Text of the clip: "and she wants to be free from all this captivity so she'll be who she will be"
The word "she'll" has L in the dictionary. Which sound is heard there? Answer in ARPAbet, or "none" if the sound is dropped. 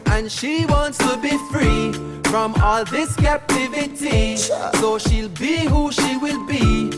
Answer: L